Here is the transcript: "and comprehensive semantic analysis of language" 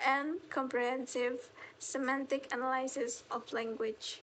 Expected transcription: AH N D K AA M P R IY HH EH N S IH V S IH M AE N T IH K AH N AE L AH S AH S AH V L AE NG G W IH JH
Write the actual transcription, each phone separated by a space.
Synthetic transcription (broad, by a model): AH N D K AA M P R IY HH EH N S IH V S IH M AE N T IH K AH N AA L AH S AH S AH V L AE NG G W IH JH